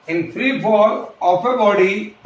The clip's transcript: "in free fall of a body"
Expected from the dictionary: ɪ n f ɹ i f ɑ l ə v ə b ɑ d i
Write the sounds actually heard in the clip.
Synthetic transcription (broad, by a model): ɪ n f ɹ i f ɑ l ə p ə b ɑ d i